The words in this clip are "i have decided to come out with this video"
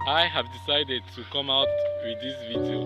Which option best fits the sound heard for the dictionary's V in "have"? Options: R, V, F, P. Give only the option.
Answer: V